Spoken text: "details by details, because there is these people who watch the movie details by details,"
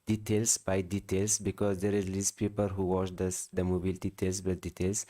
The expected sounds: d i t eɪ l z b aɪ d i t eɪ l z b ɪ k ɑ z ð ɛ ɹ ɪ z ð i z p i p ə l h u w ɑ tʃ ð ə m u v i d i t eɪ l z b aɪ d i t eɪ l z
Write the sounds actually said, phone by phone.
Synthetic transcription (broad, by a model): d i t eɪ l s b aɪ d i t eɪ l s b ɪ k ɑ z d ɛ ɹ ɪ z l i s p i p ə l h u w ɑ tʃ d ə m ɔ b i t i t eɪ l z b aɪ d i t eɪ l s